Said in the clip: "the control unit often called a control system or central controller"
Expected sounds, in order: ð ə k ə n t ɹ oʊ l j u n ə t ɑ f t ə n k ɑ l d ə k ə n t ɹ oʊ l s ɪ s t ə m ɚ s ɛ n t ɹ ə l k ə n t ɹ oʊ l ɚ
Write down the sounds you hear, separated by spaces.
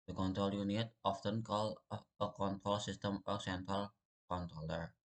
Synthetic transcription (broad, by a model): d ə k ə n t ɹ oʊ l j u n ə t ɑ f t ə n k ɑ l ə k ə n t ɹ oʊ l s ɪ s t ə m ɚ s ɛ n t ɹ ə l k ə n t ɹ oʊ l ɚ